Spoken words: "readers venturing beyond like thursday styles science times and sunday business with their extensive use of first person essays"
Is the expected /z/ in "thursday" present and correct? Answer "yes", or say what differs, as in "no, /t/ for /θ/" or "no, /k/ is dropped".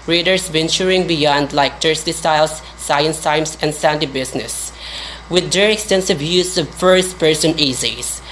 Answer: no, /s/ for /z/